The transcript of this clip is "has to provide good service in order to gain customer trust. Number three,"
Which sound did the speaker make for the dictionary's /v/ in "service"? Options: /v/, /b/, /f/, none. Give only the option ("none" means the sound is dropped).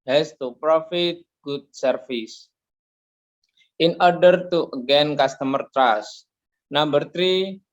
/f/